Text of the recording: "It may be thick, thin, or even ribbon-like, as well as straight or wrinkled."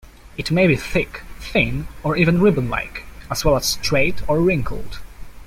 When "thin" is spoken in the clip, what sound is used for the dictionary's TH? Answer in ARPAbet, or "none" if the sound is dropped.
TH